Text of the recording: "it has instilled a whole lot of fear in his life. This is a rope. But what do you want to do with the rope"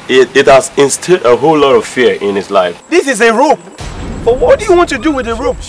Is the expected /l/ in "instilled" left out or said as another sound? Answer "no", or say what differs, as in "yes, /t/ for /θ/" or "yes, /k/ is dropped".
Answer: yes, /l/ is dropped